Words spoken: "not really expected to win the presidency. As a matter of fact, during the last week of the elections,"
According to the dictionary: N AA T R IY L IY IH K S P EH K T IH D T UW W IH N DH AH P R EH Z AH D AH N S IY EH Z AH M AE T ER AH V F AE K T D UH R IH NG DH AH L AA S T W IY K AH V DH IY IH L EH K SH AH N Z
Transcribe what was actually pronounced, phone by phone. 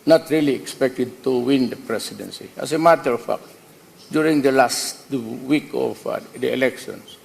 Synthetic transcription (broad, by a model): N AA T R IY L IY IH K S P EH K T IH D T UW W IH N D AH P R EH S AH D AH N S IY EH S AH M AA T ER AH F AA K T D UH R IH NG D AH L AA S T W IY K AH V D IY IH L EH K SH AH N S